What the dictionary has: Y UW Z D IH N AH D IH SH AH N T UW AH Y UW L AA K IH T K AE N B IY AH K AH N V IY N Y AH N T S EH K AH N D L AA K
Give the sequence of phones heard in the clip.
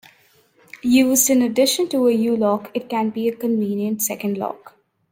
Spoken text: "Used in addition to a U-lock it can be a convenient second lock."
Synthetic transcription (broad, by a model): Y UW Z D IH N AH D IH SH AH N T UW AH Y UW L AA K IH T K AE N B IY AH K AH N V IY N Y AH N T S EH K AH N D L AA K